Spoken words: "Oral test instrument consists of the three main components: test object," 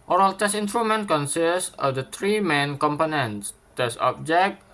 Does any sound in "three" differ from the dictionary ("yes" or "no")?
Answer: yes